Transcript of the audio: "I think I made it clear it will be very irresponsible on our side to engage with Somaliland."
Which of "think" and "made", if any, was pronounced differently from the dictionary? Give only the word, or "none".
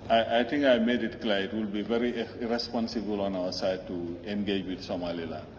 think